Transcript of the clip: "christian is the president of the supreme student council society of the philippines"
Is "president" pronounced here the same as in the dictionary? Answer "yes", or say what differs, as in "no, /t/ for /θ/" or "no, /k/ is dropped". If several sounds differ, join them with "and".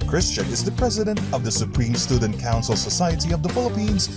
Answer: yes